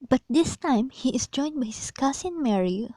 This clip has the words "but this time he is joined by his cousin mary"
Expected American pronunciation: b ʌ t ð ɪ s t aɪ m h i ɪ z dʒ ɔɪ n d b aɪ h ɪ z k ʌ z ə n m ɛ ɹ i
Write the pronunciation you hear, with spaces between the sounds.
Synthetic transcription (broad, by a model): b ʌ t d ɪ s t aɪ m h i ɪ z dʒ ɔɪ n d b aɪ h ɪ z k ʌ s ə n m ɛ ɹ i